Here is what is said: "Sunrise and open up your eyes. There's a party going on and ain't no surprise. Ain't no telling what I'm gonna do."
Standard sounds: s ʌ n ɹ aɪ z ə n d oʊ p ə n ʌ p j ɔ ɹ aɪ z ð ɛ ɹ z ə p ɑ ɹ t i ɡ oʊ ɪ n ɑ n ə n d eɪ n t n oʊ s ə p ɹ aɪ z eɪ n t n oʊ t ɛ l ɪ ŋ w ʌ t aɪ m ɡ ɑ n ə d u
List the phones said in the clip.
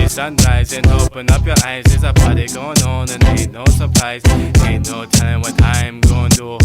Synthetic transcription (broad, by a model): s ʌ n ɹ aɪ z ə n oʊ p ə n ʌ p j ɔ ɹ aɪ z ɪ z ə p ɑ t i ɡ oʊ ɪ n ɑ n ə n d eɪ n n oʊ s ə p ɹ aɪ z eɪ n n oʊ t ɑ ɪ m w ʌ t aɪ m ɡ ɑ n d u